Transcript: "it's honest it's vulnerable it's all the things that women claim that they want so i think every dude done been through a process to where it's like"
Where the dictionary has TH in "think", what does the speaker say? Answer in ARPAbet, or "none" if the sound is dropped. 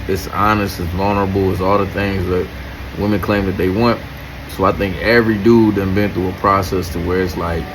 TH